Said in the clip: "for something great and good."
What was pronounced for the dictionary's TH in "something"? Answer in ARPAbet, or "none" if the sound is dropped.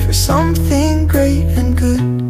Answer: TH